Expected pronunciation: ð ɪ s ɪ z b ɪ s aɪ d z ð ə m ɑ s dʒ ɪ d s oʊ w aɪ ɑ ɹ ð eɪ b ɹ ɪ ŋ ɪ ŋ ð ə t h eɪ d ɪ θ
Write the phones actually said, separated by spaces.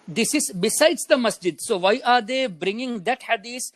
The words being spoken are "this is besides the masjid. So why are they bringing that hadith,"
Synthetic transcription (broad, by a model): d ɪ s ɪ z b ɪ s aɪ d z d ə m ɑ s dʒ ɪ d s oʊ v aɪ ɑ ɹ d eɪ b ɹ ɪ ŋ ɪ ŋ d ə t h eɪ d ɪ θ